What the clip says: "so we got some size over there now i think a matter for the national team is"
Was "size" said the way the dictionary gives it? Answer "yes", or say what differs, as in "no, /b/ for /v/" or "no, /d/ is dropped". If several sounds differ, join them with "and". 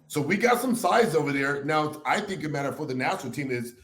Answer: yes